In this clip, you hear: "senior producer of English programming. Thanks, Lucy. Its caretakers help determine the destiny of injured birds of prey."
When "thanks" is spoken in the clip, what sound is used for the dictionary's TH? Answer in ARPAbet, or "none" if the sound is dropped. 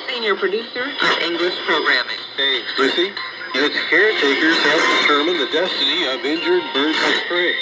S